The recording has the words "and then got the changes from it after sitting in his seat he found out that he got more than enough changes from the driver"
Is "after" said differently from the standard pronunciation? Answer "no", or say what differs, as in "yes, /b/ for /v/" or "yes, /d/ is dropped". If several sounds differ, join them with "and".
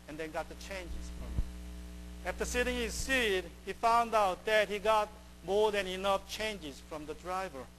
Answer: no